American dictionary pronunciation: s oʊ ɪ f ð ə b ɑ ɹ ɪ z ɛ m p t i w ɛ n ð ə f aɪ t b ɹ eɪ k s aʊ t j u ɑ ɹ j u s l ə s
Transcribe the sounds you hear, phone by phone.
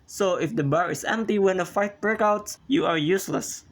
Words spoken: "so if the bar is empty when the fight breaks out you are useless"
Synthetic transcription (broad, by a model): s oʊ ɪ f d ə b ɑ ɹ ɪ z ɛ m p t i w ɛ n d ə f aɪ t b ɹ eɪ k aʊ t j u ɑ ɹ j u s l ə s